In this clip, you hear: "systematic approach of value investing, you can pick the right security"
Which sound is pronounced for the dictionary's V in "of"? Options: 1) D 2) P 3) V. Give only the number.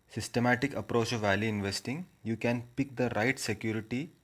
3